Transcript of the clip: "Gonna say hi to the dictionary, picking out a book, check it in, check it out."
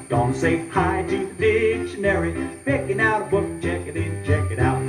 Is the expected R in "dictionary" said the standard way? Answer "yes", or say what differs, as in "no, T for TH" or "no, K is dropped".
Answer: yes